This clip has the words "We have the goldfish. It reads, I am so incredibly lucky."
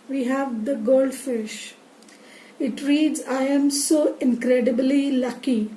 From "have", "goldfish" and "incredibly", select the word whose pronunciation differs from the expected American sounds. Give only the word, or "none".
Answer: none